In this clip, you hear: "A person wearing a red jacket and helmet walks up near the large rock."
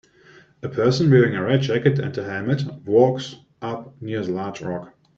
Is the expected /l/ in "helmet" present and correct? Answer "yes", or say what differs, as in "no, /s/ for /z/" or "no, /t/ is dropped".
no, /l/ is dropped